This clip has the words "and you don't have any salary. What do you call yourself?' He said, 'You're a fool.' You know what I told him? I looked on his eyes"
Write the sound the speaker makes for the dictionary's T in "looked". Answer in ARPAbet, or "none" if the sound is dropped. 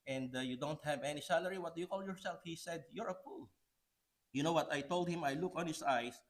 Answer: none